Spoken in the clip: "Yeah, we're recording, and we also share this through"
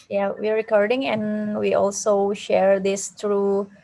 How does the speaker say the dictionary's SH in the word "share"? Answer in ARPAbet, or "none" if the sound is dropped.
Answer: SH